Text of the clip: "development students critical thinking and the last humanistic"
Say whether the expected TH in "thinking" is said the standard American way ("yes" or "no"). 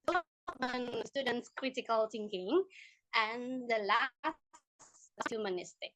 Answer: no